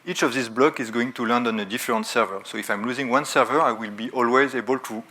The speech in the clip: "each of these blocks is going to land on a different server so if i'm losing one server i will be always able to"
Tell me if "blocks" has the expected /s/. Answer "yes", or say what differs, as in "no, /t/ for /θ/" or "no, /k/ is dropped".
no, /s/ is dropped